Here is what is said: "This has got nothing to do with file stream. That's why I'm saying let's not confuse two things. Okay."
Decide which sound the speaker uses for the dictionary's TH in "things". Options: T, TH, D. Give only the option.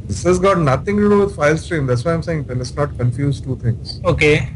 T